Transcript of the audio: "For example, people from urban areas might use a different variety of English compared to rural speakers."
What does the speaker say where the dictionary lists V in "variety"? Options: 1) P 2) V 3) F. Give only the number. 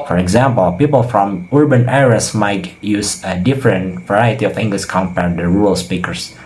2